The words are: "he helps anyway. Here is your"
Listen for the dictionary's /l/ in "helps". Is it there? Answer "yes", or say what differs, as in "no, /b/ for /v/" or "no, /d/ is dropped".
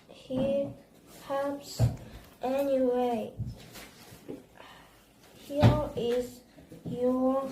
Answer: no, /l/ is dropped